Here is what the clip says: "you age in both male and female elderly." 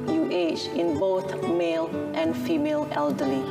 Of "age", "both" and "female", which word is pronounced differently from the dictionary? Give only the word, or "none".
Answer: age